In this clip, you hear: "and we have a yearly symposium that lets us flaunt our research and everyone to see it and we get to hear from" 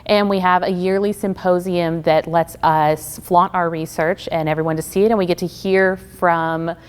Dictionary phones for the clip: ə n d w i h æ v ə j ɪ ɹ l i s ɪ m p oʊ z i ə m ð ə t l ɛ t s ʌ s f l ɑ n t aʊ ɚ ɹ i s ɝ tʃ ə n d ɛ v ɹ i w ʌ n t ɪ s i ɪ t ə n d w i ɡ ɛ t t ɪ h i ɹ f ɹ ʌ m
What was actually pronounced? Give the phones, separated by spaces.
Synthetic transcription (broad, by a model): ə n w i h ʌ v ə j ɪ ɹ l i s ɪ m p oʊ z i ə m ð ə t l ɛ t s ʌ s f l ɑ t aʊ ɚ ɹ i s ɝ tʃ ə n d ɛ v ɹ i w ʌ n t ɪ s i ɪ t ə n w i ɡ ɛ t t ɪ h i ɹ f ɹ ʌ m